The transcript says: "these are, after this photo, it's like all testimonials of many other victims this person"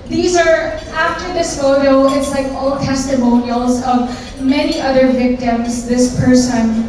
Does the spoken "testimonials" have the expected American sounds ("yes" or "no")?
yes